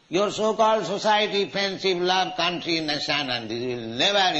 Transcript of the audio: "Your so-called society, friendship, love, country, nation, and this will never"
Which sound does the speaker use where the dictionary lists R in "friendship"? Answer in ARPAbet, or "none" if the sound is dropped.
none